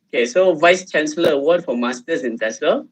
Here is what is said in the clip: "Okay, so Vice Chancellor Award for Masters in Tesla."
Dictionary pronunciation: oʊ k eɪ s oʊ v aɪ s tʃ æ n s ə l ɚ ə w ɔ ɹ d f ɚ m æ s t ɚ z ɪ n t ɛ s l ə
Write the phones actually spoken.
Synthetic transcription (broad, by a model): oʊ k eɪ s oʊ v aɪ s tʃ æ n s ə l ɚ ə w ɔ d f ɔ m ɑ s t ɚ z ɪ n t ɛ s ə